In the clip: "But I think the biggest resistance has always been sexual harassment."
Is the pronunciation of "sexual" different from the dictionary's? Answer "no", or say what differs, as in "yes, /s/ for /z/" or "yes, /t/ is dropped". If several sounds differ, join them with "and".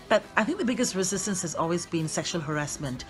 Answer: no